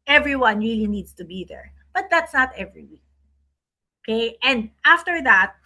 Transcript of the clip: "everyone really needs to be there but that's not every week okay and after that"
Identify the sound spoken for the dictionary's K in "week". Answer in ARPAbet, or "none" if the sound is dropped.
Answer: none